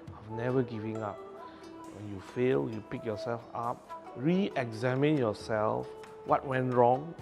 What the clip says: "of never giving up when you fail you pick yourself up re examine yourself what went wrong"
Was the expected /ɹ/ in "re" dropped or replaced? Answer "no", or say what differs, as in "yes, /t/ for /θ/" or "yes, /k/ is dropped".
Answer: no